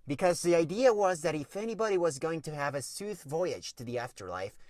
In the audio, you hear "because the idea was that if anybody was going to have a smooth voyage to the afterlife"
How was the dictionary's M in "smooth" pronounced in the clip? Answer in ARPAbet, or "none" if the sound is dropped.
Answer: none